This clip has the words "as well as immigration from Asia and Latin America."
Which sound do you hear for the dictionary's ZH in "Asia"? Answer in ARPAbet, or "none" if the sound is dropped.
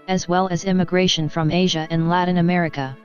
ZH